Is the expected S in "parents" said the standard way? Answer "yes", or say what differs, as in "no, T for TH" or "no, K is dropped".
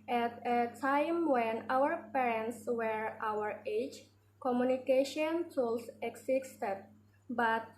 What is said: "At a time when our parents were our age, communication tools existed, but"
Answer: yes